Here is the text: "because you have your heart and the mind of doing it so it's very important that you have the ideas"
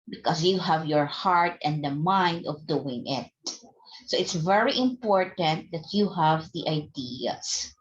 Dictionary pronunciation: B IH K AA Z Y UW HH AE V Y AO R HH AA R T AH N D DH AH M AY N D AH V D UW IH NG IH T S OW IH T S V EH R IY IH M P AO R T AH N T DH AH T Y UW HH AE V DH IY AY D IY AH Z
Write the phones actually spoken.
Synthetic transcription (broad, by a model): B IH K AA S Y UW HH AE V Y AO R HH AA R T AH N D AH M AY N D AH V D UW IH NG IH T S OW IH T S V EH R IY IH M P AO R T AH N T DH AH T Y UW HH AE V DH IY AY D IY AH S